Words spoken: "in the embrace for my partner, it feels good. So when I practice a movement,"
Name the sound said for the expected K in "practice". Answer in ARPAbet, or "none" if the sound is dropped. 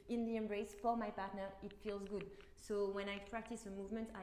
K